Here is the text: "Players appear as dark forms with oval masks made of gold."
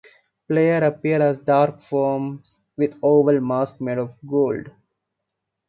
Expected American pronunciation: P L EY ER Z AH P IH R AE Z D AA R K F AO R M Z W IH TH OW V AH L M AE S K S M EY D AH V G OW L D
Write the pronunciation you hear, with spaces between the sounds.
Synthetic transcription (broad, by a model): P L EY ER AH P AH R AE Z D AA R K F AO R M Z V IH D OW V AH L M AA S K M EY D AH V G OW L D